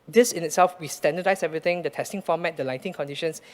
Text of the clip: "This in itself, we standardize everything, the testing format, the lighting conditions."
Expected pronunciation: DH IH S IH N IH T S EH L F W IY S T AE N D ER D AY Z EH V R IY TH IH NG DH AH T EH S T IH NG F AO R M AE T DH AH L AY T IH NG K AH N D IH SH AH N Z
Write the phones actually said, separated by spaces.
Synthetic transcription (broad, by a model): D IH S IH N IH T S EH L F W IY S T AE N D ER D AY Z EH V R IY T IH NG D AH T EH S T IH NG F AO M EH T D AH L AY T IH NG K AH N D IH SH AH N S